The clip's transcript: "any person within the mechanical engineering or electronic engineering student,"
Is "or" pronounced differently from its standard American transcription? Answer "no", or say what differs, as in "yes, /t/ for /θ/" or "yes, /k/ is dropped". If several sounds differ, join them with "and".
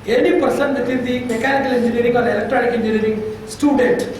yes, /l/ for /ɹ/